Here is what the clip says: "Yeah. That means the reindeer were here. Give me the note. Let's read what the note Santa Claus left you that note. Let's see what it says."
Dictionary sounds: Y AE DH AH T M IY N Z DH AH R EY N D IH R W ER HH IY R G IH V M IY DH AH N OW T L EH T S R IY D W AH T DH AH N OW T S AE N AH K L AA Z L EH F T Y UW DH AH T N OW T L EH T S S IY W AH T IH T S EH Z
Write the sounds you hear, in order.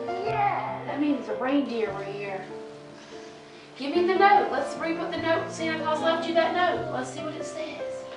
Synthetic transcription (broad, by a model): Y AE DH AH T M IY N Z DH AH R EY N D IH R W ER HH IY R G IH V M IY DH AH N OW T L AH T S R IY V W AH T DH AH N OW T S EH AH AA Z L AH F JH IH DH AH T N OW T L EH T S S IY W AH T IH T S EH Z